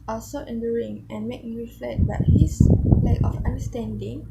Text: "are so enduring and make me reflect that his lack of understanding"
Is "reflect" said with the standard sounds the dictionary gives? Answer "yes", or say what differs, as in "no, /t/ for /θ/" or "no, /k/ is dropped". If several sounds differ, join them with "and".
no, /k/ is dropped